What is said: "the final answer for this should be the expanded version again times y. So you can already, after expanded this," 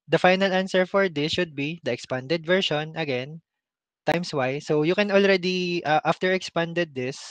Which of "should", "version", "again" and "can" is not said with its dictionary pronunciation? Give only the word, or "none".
version